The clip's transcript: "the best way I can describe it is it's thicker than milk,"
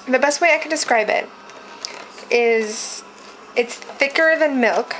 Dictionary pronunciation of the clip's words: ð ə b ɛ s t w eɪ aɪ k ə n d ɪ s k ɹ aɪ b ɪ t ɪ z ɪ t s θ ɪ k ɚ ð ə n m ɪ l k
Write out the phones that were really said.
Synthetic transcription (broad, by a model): ð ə b ɛ s t w eɪ aɪ k ə n d ɪ s k ɹ aɪ b ɪ t ɪ z ɪ t s θ ɪ k ɚ ð ə n m ɪ l k